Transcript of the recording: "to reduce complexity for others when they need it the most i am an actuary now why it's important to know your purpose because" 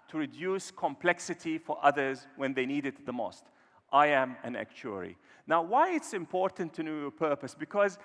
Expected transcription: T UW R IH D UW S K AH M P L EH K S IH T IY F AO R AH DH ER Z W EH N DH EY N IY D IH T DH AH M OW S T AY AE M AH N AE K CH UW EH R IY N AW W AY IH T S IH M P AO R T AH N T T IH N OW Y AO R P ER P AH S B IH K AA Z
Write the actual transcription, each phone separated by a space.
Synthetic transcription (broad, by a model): T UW R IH D UW S K AH M P L EH K S IH T IY F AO R AH DH ER Z W EH N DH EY N IY D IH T DH AH M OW S T AY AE M AH N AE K CH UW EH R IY N AW W AY IH T S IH M P AO R T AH N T T IH N OW Y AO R P ER P AH S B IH K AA Z